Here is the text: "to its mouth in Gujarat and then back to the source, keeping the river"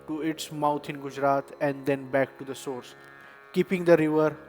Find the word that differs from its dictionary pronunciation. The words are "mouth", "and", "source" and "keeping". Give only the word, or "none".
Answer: mouth